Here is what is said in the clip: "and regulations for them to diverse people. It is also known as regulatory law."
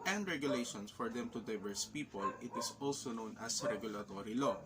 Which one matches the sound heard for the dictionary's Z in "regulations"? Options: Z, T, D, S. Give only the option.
S